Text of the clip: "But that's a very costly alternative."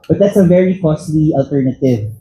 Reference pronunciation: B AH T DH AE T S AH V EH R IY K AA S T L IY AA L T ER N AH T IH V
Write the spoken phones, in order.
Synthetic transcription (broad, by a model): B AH T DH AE T S AH V EH R IY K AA S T L IY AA L T ER N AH T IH V